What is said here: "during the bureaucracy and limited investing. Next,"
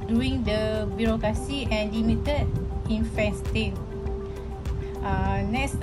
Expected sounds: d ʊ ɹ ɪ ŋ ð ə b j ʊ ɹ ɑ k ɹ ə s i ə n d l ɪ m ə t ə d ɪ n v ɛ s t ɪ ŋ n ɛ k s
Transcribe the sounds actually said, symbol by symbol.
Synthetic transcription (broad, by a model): d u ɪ ŋ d ə b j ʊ ɹ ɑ k ɹ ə s i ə n l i m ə t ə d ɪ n f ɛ s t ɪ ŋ n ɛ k s